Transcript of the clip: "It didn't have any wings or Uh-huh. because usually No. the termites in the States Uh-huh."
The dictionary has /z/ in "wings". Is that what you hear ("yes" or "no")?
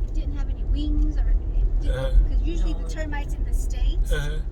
yes